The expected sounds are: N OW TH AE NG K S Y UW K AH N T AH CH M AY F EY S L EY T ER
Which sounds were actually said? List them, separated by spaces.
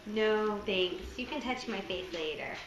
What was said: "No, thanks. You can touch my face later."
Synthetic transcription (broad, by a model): N OW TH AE NG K S Y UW K AH N T AH CH M AY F EY TH L EY T ER